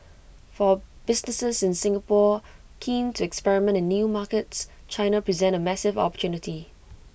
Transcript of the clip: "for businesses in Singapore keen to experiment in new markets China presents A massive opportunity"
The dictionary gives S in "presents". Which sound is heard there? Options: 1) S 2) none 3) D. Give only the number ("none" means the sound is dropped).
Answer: 2